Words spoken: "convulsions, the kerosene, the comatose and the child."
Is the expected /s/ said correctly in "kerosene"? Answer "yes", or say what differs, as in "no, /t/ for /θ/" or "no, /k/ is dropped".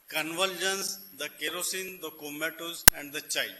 yes